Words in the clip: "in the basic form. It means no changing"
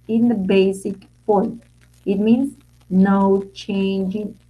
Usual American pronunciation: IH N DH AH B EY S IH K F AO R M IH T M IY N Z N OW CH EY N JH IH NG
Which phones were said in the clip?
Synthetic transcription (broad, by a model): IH N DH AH B EY S IH K P AO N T IH T M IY N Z N OW CH EY N JH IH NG